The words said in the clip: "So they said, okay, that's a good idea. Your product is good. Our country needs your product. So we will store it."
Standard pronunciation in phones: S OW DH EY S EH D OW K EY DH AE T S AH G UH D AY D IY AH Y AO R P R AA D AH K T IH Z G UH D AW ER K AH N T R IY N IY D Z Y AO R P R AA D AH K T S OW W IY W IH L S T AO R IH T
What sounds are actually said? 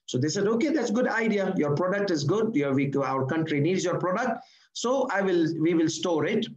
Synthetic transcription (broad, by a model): S OW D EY S EH D OW K EY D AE T S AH G UH D AY D IY AH Y AO R P R AA D AH K T IH Z G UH D AW ER K AH N T R IY N IY D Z Y AO R P R AA D AH K T S OW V IY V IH L S T AO R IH T